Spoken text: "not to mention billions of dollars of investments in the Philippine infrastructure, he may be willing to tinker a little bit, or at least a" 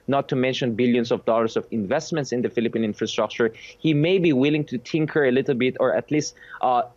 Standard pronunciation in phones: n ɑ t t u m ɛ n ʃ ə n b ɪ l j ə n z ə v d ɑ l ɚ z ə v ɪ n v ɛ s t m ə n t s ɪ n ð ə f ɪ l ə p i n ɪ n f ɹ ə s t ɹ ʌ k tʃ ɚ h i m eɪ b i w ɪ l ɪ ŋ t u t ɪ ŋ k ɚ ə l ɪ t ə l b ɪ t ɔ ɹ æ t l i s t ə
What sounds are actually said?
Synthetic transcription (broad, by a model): n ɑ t t u m ɛ n ʃ ə n b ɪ l j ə n s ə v d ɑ l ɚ s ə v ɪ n v ɛ s t m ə n t s ɪ n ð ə f ɪ l ə p i n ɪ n f ɹ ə s t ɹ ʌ k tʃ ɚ h i m eɪ b i w ɪ l ɪ ŋ t u t ɪ ŋ k ɚ ə l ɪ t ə l b ɪ t ɔ ɹ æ t l i s t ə